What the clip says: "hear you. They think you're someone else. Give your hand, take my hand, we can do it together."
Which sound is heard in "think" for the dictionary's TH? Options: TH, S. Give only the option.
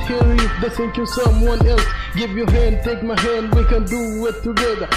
S